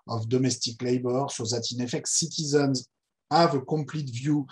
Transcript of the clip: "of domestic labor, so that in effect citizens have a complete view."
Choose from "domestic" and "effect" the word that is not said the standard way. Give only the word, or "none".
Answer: none